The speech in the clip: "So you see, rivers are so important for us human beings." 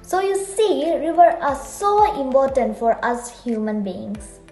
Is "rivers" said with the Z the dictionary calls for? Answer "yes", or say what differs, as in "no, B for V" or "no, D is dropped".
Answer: no, Z is dropped